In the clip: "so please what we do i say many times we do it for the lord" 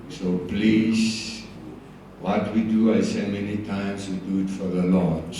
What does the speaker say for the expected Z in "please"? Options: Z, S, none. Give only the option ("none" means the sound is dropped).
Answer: S